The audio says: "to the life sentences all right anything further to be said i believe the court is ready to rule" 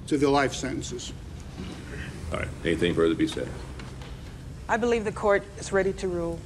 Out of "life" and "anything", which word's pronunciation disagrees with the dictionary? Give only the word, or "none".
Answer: none